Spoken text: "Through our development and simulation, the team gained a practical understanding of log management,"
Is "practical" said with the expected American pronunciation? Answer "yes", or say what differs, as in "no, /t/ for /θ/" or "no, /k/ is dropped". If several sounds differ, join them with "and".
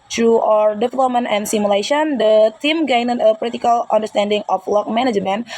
no, /l/ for /ɹ/ and /k/ is dropped